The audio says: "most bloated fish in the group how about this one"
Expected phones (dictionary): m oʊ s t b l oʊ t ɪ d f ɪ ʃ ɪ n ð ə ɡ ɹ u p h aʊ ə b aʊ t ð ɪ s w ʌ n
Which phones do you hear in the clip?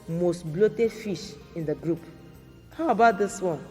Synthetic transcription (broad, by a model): m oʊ s t b l oʊ t ɪ d f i ʃ ɪ n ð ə ɡ ɹ u p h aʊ ə b aʊ t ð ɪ s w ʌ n